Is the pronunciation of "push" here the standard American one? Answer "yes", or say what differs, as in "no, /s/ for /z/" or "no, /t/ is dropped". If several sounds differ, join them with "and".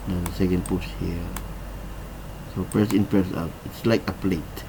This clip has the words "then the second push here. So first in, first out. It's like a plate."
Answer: no, /s/ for /ʃ/